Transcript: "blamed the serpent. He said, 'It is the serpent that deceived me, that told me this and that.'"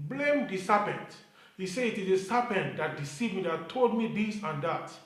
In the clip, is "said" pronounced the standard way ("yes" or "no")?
no